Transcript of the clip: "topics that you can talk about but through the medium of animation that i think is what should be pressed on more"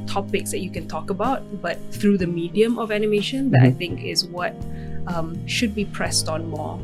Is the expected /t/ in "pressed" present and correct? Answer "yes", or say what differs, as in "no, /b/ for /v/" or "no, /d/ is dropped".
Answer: yes